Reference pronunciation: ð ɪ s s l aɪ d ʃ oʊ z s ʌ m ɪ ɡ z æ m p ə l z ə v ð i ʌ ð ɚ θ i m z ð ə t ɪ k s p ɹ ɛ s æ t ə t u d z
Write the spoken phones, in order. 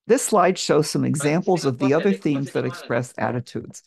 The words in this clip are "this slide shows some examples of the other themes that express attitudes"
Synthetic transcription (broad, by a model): ð ɪ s s l aɪ d ʃ oʊ z s ʌ m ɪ ɡ z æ m p l z ə v ð i ʌ ð ɚ θ i m z ð ə t ɪ k s p ɹ ɛ s æ t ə t u d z